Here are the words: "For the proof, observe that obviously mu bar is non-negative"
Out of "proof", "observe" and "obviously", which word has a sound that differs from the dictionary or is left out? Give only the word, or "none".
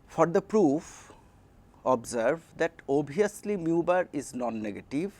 obviously